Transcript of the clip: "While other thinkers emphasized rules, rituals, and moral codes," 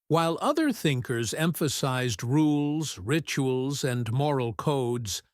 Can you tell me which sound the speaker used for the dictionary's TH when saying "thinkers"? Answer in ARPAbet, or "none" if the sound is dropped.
TH